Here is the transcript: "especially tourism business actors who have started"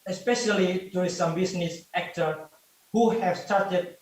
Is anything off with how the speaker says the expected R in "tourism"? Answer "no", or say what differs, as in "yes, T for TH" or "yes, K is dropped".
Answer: yes, R is dropped